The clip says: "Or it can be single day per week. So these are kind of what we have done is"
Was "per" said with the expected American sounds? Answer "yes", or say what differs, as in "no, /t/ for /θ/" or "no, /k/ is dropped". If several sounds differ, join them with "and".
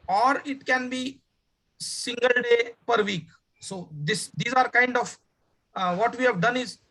yes